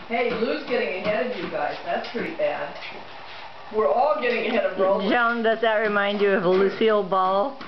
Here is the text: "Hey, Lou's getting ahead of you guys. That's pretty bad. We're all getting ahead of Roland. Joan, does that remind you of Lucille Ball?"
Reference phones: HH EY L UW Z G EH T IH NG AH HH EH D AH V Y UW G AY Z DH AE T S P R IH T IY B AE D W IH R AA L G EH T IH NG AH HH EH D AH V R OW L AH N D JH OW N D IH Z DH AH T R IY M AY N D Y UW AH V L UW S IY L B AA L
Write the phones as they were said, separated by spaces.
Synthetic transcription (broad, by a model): HH EY L UW Z G EH T IH NG AH HH EH D AH V Y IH G AY Z DH AE T S P R IH T IY B AE D W IH R AA L G EH T IH NG AH HH EH D AH V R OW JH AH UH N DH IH S DH AH T R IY M AY N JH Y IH AH V L UW S IY L B AA L